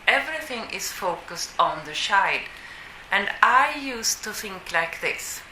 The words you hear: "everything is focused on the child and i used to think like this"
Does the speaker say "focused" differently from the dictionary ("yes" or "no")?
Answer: no